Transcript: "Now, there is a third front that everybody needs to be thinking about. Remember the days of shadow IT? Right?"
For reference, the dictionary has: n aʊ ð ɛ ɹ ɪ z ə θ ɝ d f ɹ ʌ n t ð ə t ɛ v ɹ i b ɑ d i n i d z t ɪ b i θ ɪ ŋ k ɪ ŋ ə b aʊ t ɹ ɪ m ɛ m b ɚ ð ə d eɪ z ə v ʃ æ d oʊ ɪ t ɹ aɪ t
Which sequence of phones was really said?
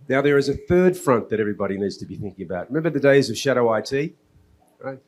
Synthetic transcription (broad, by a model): n aʊ ð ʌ ɹ ɪ z ə θ ɝ d f ɹ ʌ n ð ə t ɛ v ɹ i b ɑ d i n i d z t ɪ b i θ ɪ ŋ k ɪ ŋ ə b aʊ t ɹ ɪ m ɛ m b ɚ ð ə d eɪ z ə v ʃ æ d oʊ ɪ t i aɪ